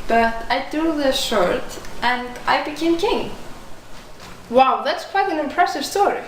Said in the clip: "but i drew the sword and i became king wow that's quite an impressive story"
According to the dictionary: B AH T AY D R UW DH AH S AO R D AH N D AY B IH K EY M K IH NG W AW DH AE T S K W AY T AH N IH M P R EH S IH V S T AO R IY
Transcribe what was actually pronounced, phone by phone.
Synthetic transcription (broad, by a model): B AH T AY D UW DH AH SH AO R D AH N D AY B IH K EY M K IH NG W AW DH AE T S K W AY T AH N IH M P R EH S IH V S T AO R IY